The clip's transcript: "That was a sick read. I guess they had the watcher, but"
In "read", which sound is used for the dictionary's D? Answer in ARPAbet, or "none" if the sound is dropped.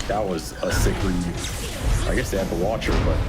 none